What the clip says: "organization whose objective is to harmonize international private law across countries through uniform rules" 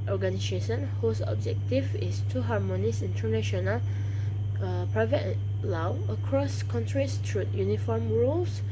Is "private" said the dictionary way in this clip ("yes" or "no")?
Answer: yes